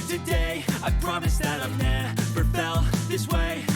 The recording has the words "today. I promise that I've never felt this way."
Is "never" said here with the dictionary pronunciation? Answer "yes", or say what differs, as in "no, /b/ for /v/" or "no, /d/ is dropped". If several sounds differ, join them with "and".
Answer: no, /p/ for /v/